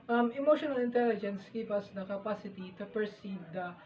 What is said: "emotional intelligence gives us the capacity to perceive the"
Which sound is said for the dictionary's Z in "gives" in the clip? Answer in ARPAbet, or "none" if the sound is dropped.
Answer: none